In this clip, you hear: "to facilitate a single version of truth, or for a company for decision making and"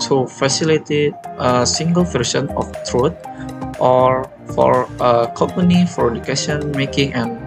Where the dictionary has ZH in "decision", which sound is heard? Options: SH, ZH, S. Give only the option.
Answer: S